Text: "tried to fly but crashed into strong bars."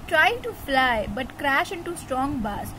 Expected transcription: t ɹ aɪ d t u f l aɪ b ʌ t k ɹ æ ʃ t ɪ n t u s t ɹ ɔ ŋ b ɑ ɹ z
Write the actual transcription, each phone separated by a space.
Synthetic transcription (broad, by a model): t ɹ aɪ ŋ t u f l aɪ b ʌ t k ɹ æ ʃ ɪ n t u s t ɹ ɔ ŋ b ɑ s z